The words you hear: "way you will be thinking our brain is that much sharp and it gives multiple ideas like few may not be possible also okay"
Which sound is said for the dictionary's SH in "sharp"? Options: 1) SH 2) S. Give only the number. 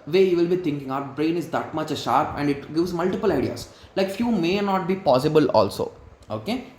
1